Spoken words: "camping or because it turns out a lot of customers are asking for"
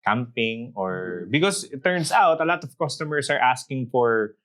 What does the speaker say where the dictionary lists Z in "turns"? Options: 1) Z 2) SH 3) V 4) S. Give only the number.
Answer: 4